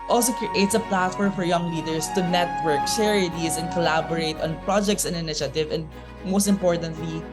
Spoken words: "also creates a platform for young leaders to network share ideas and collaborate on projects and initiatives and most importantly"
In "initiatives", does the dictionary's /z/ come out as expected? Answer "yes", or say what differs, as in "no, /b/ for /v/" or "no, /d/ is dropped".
no, /z/ is dropped